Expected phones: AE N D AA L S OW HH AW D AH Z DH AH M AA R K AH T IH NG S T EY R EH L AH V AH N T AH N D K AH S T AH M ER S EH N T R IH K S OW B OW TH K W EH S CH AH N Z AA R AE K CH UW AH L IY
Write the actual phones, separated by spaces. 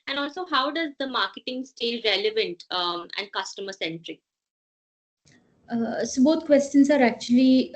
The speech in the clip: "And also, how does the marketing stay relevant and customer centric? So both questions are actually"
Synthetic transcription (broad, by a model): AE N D AA L S OW HH AW D AH Z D AH M AA R K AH T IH NG S T EY R EH L AH V AH N T AH N D K AH S T AH M ER S EH N T R IH K S OW B OW T K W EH S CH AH N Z AA R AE K CH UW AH L IY